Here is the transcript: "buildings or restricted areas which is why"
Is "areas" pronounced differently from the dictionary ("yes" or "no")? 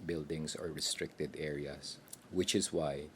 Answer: yes